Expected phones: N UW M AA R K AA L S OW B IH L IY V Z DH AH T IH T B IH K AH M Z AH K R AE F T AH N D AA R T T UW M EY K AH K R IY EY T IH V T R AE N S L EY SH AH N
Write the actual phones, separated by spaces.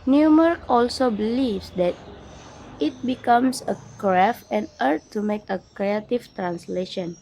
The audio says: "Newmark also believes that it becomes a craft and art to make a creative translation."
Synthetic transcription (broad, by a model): N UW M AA R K AA L S OW B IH L IY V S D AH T IH T B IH K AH M S AH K R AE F AH N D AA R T T UW M EY K AH K R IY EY T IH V T R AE N S L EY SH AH N